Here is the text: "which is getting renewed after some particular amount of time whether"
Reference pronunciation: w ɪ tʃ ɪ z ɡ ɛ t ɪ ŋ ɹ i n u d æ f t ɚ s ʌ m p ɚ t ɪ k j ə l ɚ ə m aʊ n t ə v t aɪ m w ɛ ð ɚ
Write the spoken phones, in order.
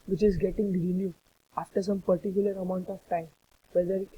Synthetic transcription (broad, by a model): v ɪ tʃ ɪ z ɡ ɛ t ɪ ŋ ɹ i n u æ f t ɚ s ʌ m p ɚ t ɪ k j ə l ɚ ə m aʊ n t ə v t aɪ m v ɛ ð ɚ